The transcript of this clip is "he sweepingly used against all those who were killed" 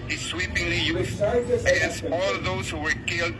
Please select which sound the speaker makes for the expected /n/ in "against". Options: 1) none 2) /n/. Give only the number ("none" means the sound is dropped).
1